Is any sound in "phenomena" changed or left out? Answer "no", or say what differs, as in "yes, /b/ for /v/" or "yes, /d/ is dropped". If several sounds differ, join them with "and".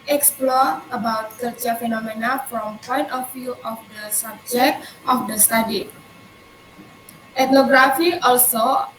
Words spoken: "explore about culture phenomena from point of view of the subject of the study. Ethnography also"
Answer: no